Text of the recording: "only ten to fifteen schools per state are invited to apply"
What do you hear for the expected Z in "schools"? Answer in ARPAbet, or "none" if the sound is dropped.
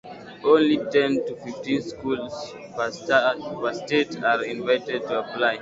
S